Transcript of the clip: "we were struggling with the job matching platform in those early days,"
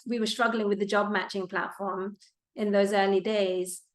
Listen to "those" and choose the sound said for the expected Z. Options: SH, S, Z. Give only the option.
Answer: Z